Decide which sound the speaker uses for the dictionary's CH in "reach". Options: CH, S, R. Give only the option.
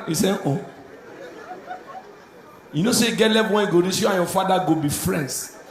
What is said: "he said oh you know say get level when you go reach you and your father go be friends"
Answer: S